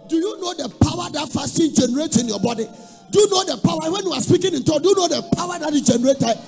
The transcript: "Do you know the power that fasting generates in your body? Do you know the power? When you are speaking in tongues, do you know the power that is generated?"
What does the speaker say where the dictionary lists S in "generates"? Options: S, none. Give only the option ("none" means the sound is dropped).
none